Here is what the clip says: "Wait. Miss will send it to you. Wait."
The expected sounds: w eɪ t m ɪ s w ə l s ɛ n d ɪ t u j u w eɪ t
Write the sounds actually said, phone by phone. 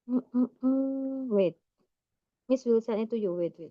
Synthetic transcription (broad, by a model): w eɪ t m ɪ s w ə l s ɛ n ɪ t u j u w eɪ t